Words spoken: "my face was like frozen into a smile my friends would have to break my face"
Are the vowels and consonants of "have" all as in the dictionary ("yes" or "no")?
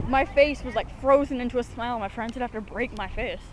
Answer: no